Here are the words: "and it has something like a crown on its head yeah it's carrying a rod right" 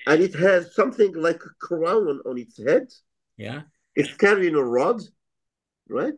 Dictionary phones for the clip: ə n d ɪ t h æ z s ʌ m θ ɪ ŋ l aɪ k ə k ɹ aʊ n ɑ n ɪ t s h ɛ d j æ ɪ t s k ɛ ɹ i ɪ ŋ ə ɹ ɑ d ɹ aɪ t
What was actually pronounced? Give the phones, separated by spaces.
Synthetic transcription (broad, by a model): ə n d ɪ t h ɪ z s ʌ m θ ɪ ŋ l aɪ k ə k ɹ aʊ n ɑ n ɪ t s h ɛ d j æ ɪ t s k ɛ ɹ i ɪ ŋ ə ɹ ɑ d ɹ aɪ t